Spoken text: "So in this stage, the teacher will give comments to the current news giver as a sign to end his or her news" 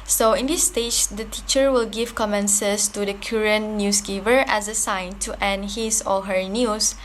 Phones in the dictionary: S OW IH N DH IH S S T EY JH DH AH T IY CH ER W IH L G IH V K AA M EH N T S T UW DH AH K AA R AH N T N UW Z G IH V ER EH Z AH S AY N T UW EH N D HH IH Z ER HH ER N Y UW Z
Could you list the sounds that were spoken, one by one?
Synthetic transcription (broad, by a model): S OW IH N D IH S S T EY JH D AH T IY CH ER W IH L G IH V K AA M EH N S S T UW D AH K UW R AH N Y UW S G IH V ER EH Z AH S AY N T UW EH N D HH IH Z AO HH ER N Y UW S